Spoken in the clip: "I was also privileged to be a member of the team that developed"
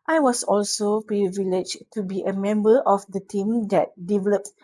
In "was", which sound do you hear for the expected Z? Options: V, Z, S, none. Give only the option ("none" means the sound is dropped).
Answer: S